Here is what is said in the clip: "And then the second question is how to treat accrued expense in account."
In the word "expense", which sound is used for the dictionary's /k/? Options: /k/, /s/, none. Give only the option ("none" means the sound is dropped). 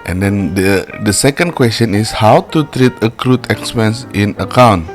/k/